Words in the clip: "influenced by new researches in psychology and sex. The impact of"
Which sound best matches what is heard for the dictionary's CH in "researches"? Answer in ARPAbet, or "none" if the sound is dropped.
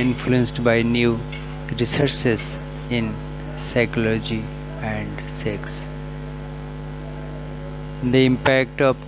S